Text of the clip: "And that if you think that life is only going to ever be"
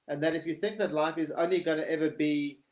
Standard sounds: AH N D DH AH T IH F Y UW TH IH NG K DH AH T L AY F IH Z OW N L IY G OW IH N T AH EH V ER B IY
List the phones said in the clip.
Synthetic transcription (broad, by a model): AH N DH AH T IH F Y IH TH IH NG K DH AH T L AY F IH Z OW N L IY G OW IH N T EH V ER B IY